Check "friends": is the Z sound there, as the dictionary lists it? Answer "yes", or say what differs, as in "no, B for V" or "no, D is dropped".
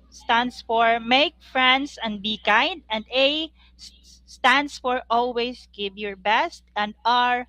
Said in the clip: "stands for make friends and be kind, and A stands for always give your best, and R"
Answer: no, S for Z